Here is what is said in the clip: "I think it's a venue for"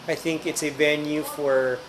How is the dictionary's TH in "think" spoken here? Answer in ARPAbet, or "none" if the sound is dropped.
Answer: TH